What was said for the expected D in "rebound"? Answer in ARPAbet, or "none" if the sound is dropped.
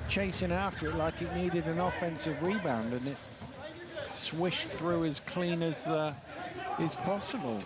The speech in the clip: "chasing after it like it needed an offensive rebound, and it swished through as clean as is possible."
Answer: D